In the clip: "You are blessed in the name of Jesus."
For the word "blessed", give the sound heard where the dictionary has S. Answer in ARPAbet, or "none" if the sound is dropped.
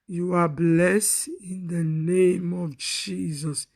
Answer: S